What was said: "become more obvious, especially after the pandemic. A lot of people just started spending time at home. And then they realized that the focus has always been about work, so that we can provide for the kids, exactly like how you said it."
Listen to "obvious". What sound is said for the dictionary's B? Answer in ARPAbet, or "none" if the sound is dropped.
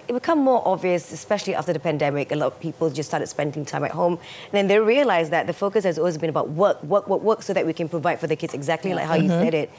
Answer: B